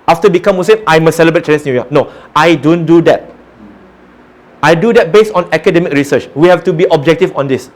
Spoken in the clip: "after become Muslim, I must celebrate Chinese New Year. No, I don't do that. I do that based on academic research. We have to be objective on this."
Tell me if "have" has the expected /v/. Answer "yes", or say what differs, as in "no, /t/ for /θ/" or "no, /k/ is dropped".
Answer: no, /f/ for /v/